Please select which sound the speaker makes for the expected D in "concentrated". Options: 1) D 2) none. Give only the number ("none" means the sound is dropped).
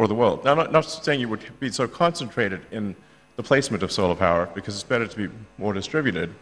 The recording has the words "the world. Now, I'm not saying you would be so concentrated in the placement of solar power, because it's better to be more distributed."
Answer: 1